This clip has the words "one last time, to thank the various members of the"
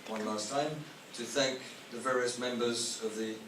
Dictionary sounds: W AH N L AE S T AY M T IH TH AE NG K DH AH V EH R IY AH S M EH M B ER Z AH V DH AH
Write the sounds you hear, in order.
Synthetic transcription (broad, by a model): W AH N L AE S T AY M T IH TH AE NG K DH AH V EH R IY AH S M EH M B ER Z AH V DH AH